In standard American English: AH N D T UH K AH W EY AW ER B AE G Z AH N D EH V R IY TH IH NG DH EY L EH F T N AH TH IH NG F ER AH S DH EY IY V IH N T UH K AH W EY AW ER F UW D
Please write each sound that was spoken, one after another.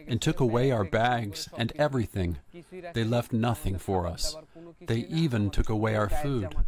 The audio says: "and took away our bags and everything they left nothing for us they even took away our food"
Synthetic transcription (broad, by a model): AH N T UH K AH W EY AW ER B AE G Z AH N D EH V R IY TH IH NG DH EY L EH F T N AH TH IH NG F ER AH S DH EY IY V IH N T UH K AH W EY AW ER F UW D